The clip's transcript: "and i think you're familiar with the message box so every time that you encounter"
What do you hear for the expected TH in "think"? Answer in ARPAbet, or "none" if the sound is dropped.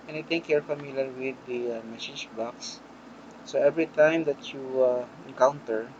T